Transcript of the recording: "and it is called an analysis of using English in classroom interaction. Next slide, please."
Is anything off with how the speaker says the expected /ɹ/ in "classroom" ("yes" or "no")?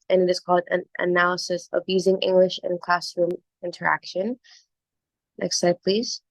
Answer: no